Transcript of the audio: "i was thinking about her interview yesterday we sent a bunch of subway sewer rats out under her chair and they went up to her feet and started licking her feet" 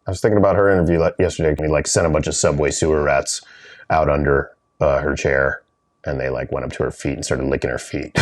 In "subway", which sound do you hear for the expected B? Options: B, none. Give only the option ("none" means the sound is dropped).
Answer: B